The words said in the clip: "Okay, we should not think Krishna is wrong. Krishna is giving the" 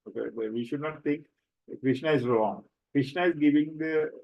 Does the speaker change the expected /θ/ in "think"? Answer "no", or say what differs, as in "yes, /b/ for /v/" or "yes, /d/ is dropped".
yes, /t/ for /θ/